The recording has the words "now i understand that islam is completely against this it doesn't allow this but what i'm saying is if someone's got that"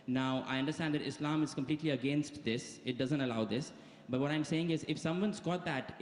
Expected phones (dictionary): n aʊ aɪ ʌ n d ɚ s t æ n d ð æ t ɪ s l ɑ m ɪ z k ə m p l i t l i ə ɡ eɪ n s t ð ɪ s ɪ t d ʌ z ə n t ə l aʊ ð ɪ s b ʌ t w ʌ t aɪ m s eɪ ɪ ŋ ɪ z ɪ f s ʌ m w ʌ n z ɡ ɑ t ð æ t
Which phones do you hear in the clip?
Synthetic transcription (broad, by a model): n aʊ aɪ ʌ n d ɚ s t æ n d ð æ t ɪ s l ɑ m ɪ z k ə m p l i t l i ə ɡ eɪ n s t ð ɪ s ɪ t d ʌ z ə n t ə l aʊ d ɪ s b ʌ t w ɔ t aɪ m s eɪ ɪ ŋ ɪ z ɪ f s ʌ m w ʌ n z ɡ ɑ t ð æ t